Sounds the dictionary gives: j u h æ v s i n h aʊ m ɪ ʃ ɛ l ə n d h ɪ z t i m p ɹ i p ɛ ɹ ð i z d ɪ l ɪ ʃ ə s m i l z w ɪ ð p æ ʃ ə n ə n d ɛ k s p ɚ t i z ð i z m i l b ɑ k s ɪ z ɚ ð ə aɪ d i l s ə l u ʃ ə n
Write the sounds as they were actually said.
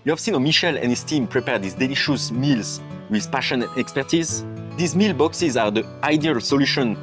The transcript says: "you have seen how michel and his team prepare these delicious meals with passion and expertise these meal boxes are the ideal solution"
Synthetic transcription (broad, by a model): j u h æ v s i n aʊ m ɪ ʃ ɛ l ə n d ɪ s t i m p ɹ i p ɛ ɹ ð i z d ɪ l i ʃ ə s m i l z w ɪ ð p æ ʃ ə n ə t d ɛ k s p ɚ t i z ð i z m i l b ɑ k s ɪ z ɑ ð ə aɪ d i l s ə l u ʃ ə n